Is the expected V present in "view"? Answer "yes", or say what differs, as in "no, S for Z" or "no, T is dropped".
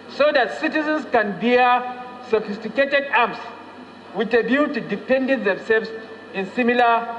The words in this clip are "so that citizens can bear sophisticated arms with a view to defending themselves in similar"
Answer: no, B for V